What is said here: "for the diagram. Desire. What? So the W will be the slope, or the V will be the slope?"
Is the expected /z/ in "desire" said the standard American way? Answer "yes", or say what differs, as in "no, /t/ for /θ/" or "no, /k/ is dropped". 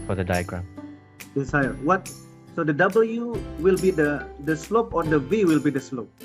no, /s/ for /z/